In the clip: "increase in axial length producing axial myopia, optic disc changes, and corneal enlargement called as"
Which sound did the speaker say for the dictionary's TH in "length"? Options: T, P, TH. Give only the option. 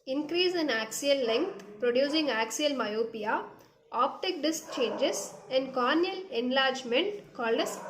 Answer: T